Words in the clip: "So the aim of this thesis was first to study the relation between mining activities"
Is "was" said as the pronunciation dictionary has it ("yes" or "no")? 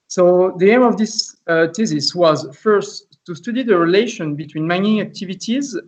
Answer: yes